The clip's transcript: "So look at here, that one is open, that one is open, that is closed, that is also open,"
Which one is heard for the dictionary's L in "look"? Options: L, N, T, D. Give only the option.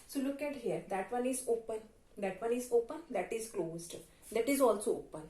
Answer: L